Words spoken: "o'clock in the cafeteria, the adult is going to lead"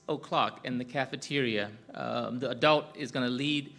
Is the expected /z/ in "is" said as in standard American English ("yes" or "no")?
yes